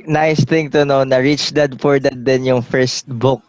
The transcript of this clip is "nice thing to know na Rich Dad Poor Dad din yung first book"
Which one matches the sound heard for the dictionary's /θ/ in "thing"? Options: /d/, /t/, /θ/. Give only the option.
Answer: /t/